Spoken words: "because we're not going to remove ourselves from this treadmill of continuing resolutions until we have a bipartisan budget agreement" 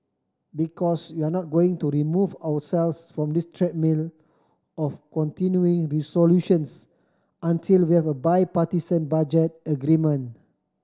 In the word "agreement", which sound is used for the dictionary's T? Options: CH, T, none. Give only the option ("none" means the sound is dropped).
none